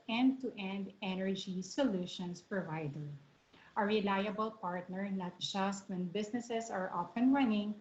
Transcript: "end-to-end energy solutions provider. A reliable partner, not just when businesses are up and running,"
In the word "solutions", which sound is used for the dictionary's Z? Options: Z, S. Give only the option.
S